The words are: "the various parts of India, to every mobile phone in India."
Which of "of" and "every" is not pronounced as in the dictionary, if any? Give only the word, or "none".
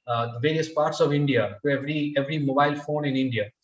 none